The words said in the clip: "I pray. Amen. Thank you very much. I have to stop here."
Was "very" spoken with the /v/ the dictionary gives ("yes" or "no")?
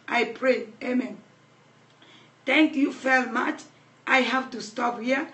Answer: no